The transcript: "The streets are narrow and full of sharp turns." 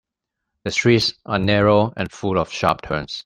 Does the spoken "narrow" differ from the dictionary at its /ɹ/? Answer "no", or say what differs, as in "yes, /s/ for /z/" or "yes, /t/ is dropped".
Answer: no